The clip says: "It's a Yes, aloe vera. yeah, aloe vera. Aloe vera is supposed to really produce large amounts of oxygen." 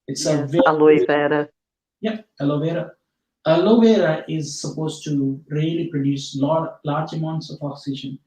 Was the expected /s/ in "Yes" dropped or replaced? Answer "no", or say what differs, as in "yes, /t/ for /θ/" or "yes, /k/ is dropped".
yes, /s/ is dropped